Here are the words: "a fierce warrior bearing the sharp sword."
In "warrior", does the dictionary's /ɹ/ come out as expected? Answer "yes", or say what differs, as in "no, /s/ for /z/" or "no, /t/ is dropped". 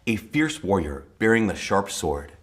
yes